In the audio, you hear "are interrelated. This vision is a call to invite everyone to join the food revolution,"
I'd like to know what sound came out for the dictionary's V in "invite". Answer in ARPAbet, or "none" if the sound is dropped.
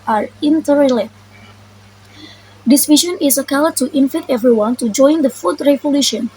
F